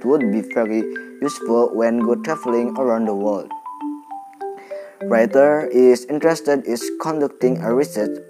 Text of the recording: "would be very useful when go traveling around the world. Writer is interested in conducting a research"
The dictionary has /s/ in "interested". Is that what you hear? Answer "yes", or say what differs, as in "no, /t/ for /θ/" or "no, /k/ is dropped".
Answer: yes